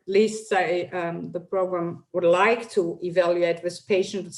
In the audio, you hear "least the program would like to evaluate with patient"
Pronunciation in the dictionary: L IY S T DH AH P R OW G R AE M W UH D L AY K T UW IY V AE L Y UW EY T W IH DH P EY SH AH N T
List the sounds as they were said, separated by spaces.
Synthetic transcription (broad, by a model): L IY S T DH AH P R OW G R AE M W UH D L AY K T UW IY V AE L Y UW EY T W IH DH P EY SH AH N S